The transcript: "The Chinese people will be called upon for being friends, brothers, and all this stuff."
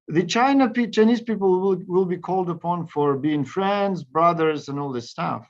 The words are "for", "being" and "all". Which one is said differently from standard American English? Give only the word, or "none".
none